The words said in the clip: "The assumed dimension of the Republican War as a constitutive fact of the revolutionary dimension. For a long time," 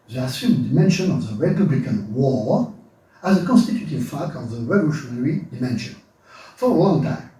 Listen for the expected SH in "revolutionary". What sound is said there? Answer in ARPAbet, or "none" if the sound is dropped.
SH